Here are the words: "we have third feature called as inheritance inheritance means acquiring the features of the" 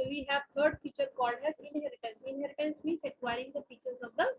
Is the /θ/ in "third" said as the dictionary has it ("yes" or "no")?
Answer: no